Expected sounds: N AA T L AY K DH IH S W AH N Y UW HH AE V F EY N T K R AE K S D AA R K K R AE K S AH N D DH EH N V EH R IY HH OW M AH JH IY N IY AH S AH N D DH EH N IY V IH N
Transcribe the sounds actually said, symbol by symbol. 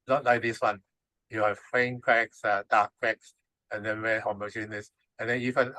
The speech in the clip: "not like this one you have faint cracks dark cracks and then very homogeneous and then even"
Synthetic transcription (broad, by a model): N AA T L AY K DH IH S W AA N Y UW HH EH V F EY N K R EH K S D AA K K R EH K S AH N D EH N W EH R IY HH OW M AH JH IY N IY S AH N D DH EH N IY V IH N